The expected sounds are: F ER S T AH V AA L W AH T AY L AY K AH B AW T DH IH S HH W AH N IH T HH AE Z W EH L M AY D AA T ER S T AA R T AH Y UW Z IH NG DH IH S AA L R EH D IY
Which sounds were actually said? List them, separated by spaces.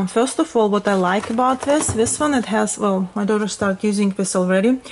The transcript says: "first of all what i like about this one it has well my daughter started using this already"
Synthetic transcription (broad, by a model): F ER S T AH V AA L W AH T AY L AY K AH B AW T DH IH S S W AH N IH T HH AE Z W EH L M AY D AA T ER S T AA R T Y UW Z IH NG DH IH S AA L R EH D IY